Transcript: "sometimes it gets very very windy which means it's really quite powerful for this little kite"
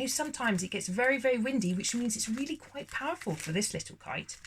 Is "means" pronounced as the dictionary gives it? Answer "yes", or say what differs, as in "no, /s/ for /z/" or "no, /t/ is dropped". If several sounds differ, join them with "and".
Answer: yes